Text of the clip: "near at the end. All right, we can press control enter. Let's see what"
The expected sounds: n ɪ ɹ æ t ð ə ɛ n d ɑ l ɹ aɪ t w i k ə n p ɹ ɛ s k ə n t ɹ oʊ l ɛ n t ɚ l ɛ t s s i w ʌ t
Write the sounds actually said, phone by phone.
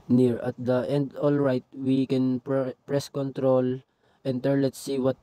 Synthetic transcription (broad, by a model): n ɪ ɹ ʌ t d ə ɛ n d ɑ l ɹ aɪ t w i k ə n p ɹ ɛ s k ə n t ɹ oʊ l ɛ n t ɚ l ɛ t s s i w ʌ t